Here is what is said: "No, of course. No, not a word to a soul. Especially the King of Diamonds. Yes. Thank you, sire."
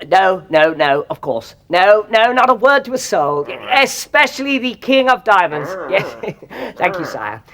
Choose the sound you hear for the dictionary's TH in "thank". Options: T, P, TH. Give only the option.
TH